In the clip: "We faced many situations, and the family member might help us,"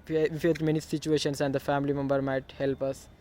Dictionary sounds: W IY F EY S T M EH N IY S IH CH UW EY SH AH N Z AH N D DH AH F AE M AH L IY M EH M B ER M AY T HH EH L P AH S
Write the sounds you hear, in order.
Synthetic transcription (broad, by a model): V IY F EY T M EH N IY S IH CH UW EY SH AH N S AH N D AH F AE M AH L IY M EH M B ER M AY T HH EH L P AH S